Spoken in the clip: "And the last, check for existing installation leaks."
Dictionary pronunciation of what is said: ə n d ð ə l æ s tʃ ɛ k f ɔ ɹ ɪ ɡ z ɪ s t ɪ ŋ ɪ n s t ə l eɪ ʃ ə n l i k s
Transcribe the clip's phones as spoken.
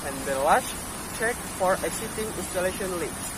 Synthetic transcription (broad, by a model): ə n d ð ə l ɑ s tʃ ɛ k f ɔ ɹ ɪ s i t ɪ ŋ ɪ n s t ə l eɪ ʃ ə n l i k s